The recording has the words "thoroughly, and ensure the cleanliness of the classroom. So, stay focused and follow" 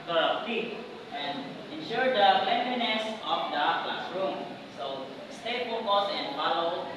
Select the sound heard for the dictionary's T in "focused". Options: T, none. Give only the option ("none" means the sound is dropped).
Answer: none